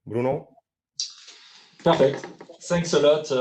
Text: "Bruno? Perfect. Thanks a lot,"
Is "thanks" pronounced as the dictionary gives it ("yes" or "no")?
no